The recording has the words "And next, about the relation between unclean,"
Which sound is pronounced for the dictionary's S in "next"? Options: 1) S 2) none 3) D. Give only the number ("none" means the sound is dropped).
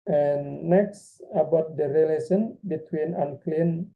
1